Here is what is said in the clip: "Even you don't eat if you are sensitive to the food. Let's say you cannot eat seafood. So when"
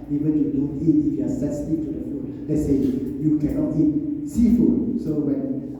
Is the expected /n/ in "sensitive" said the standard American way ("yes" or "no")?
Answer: no